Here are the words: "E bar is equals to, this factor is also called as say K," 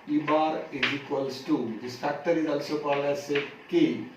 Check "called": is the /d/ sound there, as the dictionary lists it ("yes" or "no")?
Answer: no